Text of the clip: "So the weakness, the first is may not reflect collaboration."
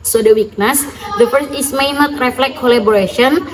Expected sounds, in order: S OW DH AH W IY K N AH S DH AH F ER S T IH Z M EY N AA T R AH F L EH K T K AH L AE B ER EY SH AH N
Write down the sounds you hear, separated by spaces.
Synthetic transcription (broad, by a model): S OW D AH W IY K N AH S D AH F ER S IH S M EY N AA T R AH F L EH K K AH L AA B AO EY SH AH N